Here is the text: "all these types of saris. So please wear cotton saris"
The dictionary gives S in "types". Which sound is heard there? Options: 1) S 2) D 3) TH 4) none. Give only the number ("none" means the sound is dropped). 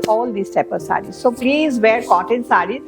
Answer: 4